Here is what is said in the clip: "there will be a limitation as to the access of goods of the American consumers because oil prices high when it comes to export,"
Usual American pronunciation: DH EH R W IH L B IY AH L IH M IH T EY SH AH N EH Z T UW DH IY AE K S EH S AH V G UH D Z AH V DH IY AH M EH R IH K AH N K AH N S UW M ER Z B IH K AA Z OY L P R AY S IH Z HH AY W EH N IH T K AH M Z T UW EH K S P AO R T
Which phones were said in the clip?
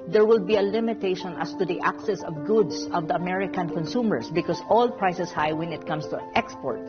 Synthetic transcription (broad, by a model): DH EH R W IH L B IY AH L IH M IH T EY SH AH N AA S T UW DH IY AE K S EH S AH V G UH D S AH V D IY AH M EH R IH K AH N K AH N S UW M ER S B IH K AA S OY L P R AY S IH S HH AY W EH N IH T K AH M S T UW EH K S P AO R T